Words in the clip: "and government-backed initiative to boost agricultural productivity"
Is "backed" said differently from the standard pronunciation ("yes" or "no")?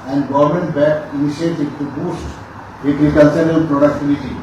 yes